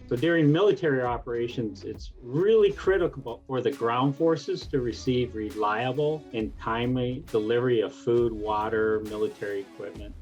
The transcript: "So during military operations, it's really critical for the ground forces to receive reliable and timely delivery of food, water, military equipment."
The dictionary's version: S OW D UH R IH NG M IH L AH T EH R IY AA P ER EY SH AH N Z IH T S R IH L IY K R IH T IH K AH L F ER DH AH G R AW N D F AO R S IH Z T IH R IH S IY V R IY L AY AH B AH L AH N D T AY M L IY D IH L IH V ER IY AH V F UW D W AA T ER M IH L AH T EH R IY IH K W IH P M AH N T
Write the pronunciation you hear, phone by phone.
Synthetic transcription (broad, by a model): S OW D UH R IH NG M IH L AH T EH R IY AA P ER EY SH AH N Z IH T S R IH L IY K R IH T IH K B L F ER DH AH G R AW N D F AO R S IH Z T IH R IH S IY V R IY L AY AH B L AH N T AY M L IY D IH L IH V ER IY AH V F UW D W AA T ER M IH L AH T EH R IY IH K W IH P M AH N T